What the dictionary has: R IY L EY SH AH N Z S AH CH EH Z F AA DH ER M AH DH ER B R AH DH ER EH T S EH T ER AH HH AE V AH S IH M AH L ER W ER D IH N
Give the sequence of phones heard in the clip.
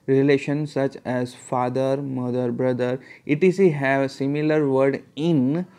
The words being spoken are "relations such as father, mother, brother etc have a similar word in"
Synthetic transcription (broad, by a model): R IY L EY SH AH N S AH CH EH Z F AA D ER M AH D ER B R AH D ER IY T IY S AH HH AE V S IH M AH L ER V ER D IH N